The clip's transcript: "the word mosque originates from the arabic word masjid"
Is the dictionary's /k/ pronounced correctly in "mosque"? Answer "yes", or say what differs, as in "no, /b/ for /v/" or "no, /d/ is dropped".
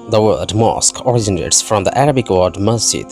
yes